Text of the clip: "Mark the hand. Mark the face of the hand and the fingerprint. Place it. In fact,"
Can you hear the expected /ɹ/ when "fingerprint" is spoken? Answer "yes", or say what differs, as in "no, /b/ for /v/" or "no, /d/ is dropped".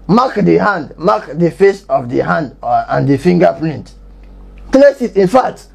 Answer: no, /l/ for /ɹ/